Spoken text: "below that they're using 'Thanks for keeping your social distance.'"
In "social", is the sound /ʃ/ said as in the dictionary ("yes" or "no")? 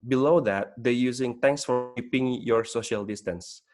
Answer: yes